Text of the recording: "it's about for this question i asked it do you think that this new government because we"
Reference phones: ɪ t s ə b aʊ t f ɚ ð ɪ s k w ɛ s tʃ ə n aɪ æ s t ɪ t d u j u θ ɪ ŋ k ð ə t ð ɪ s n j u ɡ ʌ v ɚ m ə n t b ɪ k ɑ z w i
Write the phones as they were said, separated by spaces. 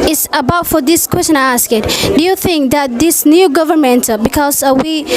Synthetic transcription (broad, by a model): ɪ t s ə b aʊ t f ɚ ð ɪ s k w ɛ s tʃ ə n aɪ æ s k ɪ t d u j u θ ɪ ŋ k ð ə t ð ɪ s n j u ɡ ʌ v ɚ m ə n t b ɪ k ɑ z w i